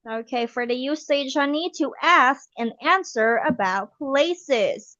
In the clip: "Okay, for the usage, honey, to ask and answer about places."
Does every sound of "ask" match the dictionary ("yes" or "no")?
yes